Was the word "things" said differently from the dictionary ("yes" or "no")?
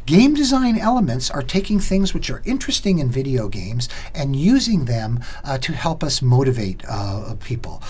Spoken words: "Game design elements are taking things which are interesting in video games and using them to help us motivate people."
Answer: no